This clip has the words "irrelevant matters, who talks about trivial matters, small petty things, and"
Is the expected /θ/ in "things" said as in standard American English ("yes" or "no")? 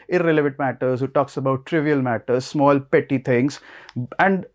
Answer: no